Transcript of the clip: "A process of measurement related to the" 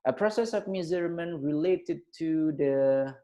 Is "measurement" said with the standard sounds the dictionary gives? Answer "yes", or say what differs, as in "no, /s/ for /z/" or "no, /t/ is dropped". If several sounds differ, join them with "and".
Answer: no, /z/ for /ʒ/